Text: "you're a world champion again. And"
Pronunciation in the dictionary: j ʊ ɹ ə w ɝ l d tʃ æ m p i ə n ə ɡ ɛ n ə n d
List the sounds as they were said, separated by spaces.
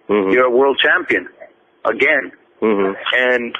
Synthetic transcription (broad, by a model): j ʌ ɹ ə w ɝ l d tʃ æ m p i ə n ə ɡ ɛ n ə n